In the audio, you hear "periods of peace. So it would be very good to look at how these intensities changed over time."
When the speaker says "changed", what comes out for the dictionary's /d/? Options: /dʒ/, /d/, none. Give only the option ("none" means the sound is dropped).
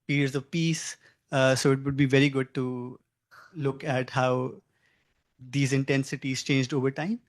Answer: /d/